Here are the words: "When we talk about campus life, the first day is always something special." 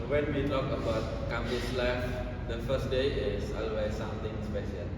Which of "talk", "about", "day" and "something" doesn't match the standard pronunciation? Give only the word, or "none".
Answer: something